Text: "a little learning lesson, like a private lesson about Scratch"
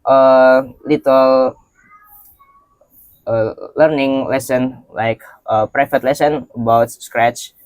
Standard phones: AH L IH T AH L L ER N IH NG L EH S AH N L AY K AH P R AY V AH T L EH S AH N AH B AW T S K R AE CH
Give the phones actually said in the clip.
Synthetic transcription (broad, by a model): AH L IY T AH L L ER N IH NG L EH S AH N L AY K AH P R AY F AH T L EH S AH N AH B AW T S K R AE CH